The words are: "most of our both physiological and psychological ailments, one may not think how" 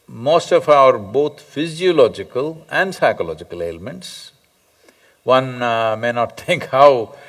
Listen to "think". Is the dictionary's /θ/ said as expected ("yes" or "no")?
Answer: no